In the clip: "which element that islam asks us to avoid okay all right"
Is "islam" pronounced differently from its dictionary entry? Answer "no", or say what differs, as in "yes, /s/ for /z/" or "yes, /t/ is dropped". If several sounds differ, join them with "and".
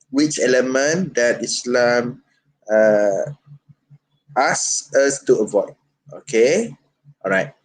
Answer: no